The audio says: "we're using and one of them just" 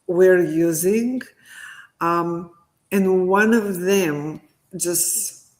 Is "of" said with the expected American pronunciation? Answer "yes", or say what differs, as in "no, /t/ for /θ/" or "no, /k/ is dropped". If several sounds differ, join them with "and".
yes